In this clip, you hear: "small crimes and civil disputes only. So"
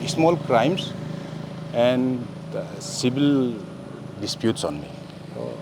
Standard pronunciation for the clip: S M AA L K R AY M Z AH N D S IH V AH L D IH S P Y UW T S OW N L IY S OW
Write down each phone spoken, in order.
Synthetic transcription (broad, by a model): S M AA L K R AY M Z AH N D S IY B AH L D IH S P Y UW T S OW N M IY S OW